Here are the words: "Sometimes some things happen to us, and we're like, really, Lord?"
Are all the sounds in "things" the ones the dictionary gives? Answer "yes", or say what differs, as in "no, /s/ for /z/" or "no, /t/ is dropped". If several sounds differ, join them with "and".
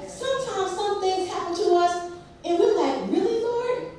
yes